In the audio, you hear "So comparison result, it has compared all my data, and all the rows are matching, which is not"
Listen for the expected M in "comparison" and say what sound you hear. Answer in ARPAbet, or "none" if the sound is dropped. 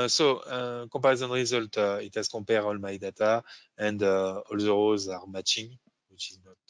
none